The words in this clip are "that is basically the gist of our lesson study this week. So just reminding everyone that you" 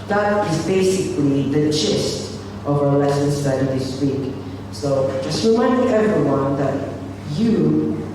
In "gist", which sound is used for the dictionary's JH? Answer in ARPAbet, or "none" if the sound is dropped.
CH